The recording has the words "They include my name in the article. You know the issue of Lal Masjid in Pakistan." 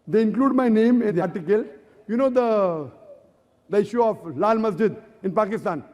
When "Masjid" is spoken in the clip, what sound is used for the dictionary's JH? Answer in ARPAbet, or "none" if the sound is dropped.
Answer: JH